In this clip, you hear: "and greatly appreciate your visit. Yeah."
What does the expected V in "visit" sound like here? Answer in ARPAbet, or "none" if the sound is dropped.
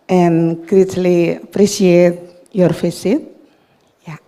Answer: F